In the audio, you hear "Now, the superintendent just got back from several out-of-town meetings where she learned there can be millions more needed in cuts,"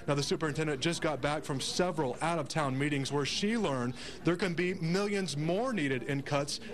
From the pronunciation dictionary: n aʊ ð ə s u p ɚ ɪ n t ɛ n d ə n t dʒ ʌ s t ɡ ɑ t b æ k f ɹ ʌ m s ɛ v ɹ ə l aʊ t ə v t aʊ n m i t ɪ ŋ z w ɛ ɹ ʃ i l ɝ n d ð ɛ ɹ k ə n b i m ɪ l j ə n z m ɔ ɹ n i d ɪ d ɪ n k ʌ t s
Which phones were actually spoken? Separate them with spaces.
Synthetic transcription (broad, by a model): n aʊ ð ə s u p ɚ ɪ n t ɛ n d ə n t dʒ ʌ s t ɡ ɑ t b æ k f ɹ ʌ m s ɛ v ɹ ə l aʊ t ə v t aʊ n m i t ɪ ŋ z w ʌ ɹ ʃ i l ɝ n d ð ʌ ɹ k ə n b i m ɪ l j ə n z m ɔ ɹ n i d ɪ d ɪ n k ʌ t s